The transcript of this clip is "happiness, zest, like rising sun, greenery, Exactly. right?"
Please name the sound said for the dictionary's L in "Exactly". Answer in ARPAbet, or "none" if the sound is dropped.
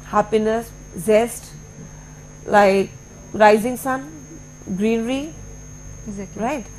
none